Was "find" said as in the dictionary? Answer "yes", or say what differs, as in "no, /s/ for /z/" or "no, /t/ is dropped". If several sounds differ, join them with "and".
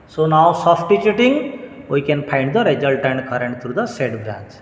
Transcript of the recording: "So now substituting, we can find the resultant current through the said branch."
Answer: no, /p/ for /f/